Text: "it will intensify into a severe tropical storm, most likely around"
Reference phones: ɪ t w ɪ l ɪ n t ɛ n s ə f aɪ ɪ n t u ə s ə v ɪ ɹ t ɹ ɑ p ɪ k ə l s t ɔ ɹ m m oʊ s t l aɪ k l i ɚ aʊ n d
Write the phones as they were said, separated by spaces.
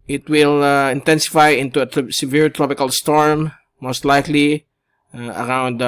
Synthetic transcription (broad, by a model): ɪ t w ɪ l ɪ n t ɛ n s ə f aɪ ɪ n t u ə s ə v ɪ ɹ t ɹ ɑ p ɪ k ə l s t ɔ ɹ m m oʊ s t l aɪ k l i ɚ aʊ n d